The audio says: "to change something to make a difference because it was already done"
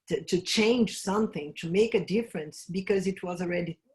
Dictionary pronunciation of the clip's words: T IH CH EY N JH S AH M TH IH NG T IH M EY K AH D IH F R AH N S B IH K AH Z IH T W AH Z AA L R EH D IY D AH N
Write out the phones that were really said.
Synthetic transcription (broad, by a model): T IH CH EY N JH S AH M TH IH NG T IH M EY K AH D IH F R AH N S B IH K AH Z IH T W AH Z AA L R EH D IY